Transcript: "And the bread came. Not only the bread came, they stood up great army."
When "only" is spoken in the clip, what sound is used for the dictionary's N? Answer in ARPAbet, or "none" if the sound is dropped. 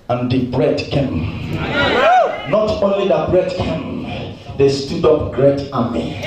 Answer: N